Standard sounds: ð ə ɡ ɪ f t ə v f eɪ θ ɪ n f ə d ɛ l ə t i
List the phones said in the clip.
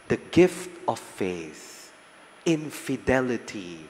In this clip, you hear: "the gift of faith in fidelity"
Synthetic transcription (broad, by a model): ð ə ɡ ɪ f t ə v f eɪ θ ɪ n f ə d ɛ l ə t i